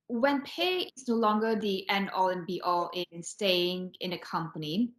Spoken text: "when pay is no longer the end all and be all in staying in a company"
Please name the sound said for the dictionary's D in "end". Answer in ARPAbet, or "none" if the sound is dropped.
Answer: none